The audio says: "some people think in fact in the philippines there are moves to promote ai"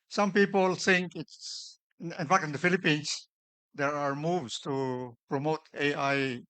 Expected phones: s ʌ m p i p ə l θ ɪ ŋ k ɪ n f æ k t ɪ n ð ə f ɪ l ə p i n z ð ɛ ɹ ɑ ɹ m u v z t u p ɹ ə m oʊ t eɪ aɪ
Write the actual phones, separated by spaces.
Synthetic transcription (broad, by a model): s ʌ m p i p ə l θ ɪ ŋ k ɪ n f æ k t ɪ n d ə f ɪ l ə p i n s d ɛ ɹ ɑ ɹ m u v s t u p ɹ ə m oʊ t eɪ aɪ